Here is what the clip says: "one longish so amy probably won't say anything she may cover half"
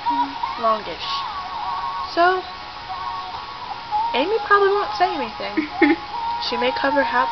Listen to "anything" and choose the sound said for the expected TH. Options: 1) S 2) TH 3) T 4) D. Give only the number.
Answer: 2